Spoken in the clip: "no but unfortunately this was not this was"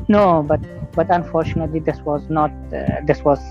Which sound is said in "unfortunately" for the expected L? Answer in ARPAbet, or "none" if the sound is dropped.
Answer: L